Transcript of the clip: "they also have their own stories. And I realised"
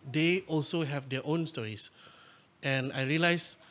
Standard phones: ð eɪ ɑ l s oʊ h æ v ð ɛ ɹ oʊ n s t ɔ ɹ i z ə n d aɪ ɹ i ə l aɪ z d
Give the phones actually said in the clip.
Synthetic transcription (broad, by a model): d eɪ ɑ l s oʊ h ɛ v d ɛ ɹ oʊ n s t ɔ ɹ i s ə n aɪ ɹ i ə l aɪ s